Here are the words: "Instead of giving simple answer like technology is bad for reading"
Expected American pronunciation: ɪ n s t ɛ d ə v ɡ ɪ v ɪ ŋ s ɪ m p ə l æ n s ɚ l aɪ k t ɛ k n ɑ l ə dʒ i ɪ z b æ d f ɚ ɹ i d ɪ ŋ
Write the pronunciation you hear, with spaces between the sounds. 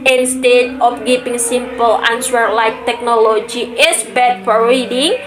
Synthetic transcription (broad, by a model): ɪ n s t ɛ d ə f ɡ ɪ p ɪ ŋ s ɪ m p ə l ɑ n s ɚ l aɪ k t ɛ k n ɑ l ə dʒ i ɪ s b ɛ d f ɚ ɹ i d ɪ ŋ